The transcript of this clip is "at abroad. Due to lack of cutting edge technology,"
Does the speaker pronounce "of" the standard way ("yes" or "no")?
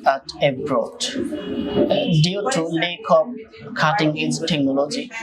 no